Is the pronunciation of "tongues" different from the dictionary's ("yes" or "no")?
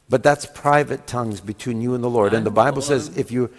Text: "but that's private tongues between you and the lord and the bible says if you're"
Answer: no